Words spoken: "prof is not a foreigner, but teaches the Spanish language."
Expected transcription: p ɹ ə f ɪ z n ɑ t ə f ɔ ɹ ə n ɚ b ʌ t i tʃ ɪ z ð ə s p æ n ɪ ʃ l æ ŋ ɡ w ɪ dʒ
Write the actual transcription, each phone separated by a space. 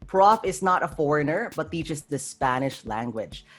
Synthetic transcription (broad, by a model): p ɹ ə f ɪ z n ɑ t ə f ɔ ɹ ə n ɚ b ʌ t i tʃ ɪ s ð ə s p æ n ɪ ʃ l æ ŋ ɡ w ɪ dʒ